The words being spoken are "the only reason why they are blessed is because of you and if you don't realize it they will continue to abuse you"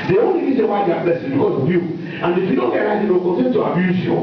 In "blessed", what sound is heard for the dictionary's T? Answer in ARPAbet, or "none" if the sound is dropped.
none